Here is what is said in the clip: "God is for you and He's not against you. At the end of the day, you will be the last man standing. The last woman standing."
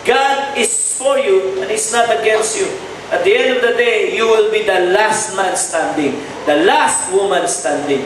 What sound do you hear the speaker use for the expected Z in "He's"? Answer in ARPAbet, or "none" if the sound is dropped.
S